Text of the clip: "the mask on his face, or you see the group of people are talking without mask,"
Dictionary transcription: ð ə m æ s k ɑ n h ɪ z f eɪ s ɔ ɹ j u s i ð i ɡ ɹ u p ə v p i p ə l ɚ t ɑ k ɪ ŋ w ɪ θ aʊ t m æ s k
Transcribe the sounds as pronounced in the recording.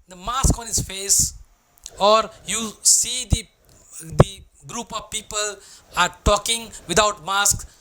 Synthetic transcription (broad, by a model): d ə m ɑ s k ɑ n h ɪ s f eɪ s ɔ ɹ j u s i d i ɡ ɹ u p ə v p i p ə l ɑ t ɑ k ɪ ŋ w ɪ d aʊ t m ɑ s k